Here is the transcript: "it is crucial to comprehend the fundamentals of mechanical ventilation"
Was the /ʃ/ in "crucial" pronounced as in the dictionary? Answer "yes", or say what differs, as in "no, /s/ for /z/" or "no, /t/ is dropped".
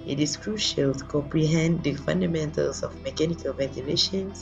yes